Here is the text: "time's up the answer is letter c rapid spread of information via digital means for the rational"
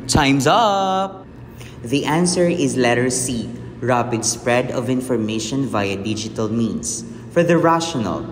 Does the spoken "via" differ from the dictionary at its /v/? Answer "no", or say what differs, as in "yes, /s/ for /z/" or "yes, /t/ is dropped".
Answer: no